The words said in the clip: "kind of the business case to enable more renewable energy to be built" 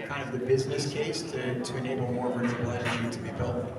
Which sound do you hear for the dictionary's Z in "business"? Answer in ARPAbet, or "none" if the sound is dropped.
Z